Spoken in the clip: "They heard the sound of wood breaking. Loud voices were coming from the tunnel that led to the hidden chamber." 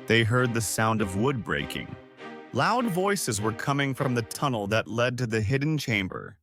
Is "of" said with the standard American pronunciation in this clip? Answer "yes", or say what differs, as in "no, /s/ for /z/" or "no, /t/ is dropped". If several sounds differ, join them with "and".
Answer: yes